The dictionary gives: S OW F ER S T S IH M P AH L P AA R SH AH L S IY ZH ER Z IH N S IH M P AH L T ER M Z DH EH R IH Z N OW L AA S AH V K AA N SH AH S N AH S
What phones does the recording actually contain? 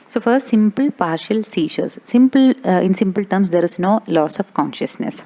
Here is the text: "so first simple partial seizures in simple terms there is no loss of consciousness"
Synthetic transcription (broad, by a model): S OW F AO T S IH M P AH L P AA R SH AH L S IY S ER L IH N S IH M P AH L T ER M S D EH R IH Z N OW L AA S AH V K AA N SH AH S N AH S